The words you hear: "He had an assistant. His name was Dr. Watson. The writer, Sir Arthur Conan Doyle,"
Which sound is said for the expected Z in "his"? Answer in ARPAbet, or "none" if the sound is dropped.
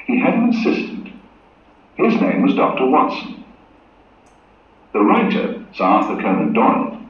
Z